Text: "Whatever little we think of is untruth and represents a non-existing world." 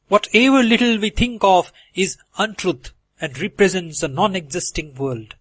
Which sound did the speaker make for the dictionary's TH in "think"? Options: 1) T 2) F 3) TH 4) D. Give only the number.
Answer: 1